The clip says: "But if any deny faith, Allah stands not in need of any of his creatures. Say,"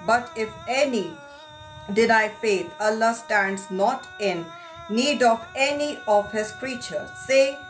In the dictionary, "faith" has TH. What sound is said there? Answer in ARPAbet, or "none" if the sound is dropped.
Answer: T